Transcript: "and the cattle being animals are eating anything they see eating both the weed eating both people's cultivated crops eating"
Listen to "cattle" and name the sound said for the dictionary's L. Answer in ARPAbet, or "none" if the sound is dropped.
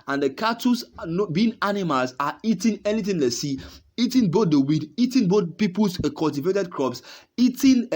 N